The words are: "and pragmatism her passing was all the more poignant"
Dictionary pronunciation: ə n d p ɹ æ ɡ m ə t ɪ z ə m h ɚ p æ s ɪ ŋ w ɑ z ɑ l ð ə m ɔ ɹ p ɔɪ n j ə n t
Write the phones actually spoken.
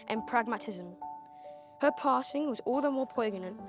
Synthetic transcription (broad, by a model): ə n p ɹ æ ɡ m ə t ɪ z ə m h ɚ p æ s ɪ ŋ w ɑ z ɑ l ð ə m ɔ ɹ p ɔɪ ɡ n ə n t